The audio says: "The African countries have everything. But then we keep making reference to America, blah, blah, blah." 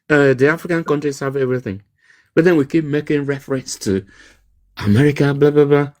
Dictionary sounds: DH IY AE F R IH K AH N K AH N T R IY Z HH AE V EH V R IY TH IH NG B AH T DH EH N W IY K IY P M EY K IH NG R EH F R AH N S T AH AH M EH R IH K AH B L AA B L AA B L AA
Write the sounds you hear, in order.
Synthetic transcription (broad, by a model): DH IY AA F R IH K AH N K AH N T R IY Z HH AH V EH V R IY TH IH NG B AH T DH EH N W IY K IY P M EY K IH NG R EH F R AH N S T AH AH M EH R IH K AH B L AA B L AA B L AA